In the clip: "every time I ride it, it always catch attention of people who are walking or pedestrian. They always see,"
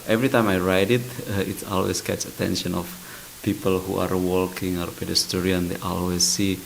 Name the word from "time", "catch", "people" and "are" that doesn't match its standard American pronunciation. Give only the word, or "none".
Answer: catch